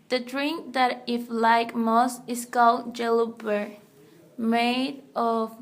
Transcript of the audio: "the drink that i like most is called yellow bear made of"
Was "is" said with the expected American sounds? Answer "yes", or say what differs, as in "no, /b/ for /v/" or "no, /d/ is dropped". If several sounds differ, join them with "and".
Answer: no, /s/ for /z/